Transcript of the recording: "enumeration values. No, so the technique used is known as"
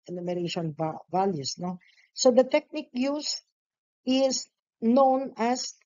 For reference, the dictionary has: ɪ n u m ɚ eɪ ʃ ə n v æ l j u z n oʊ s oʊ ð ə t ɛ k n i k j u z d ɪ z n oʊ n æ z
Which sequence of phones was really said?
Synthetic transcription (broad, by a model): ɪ n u m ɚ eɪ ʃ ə n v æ l j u s n oʊ s oʊ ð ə t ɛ k n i k j u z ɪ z n oʊ n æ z